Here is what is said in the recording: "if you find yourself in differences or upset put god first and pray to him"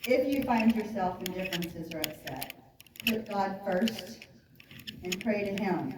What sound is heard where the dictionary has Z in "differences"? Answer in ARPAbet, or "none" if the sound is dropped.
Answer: Z